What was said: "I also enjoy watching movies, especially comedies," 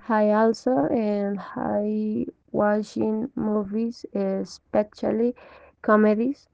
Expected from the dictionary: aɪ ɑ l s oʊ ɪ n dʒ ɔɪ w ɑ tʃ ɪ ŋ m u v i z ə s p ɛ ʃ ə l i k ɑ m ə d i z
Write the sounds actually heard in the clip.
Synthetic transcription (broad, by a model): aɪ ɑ l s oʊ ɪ n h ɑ w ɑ ʃ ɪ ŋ m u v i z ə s p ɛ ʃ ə l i k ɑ m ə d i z